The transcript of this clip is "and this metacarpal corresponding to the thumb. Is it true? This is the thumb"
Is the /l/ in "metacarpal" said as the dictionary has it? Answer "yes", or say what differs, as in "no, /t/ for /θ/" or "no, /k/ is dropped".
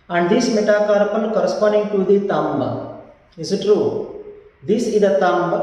no, /n/ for /l/